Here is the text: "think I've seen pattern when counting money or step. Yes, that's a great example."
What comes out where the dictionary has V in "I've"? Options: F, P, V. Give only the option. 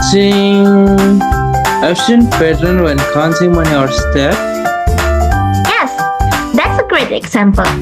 F